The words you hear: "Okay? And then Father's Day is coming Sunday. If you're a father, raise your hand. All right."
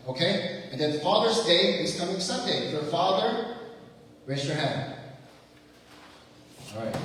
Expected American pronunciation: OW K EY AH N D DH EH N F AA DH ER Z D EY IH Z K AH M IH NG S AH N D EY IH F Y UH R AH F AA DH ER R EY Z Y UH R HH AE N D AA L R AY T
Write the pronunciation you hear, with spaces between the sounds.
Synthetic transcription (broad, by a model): OW K EY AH N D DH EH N F AA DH ER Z D EY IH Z K AH M IH NG S AH N D EY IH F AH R F AA DH ER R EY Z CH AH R HH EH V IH N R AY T